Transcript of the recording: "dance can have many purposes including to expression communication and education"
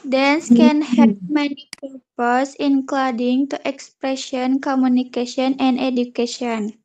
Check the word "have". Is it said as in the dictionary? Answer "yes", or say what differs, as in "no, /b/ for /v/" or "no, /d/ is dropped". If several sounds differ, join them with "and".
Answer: no, /p/ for /v/